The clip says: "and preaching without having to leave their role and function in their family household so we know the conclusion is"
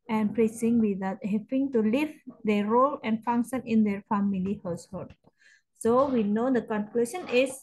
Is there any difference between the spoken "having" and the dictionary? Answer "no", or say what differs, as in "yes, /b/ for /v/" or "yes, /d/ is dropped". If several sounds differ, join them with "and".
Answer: yes, /p/ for /v/